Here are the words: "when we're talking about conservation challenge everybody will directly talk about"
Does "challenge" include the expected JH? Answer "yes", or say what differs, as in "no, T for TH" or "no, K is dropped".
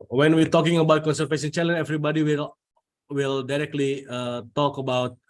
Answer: no, JH is dropped